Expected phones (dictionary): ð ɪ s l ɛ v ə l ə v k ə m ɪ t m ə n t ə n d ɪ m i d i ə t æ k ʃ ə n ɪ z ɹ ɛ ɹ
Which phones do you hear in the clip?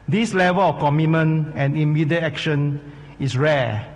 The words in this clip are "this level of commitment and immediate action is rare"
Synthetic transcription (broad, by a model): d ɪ s l ɛ v ə l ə f k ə m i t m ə n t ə n ɪ m i d i ə t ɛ k ʃ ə n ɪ s ɹ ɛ